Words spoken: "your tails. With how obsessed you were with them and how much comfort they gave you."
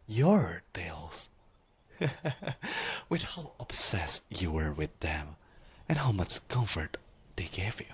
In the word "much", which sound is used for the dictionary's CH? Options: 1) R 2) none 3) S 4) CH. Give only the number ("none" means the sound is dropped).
4